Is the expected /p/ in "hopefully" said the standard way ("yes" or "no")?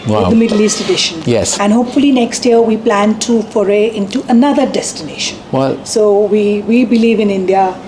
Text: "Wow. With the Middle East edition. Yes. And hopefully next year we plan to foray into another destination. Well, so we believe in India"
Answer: yes